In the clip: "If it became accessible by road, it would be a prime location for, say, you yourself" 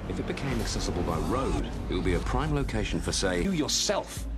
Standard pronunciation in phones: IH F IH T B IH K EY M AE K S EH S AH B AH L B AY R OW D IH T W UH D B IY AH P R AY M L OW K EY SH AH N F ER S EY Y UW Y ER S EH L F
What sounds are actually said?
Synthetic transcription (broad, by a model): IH F IH T B IH K EY M AE K S EH S AH B AH L B AY R OW D IH T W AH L B IY AH P R AY M L OW K EY SH AH N F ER S EY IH Y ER S EH L F